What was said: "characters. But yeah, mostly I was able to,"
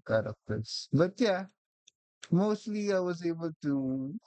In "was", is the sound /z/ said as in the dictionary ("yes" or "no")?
yes